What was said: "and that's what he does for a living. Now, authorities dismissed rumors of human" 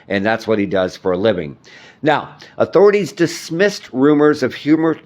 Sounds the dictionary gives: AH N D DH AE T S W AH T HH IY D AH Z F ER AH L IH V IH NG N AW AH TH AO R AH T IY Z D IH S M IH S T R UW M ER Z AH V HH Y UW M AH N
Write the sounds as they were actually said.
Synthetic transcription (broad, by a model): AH N DH AE T S W AH T HH IY D AH Z F ER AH L IH V IH NG N AW AH TH AO R AH T IY Z D IH S M IH S T R UW M ER Z AH V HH Y UW M AH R